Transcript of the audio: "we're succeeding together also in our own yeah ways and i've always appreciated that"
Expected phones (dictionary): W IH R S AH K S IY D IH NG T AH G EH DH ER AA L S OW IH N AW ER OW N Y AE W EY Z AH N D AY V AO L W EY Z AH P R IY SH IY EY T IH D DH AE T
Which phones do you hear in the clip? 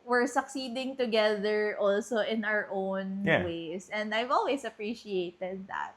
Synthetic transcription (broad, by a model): W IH R S AH K S IY D IH NG T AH G EH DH ER AA L S OW IH N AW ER OW N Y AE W EY S AH N D AY V AO L W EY S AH P R IY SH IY EY T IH D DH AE T